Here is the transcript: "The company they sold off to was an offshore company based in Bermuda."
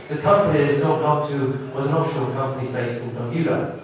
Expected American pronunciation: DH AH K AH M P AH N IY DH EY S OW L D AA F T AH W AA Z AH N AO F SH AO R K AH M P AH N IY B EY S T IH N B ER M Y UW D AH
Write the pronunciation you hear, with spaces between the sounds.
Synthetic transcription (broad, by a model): DH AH K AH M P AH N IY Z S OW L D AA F T AH W AA Z AH N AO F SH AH L K AH M P AH N IY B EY S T IH N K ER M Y UW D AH